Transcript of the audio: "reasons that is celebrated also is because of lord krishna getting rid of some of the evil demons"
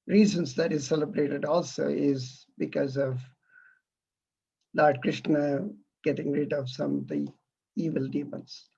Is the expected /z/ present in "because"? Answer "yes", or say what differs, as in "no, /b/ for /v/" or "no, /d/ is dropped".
yes